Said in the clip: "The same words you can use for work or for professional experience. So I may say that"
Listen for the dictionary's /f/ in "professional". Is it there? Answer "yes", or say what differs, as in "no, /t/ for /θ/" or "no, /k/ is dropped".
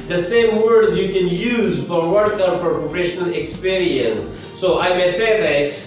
no, /p/ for /f/